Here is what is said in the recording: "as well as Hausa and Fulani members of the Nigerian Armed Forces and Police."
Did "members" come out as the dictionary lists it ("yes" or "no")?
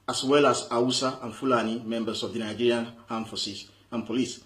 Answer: no